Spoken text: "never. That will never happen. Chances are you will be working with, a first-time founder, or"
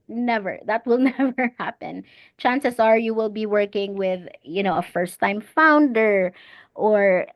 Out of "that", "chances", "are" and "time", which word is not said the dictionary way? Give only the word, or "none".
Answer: chances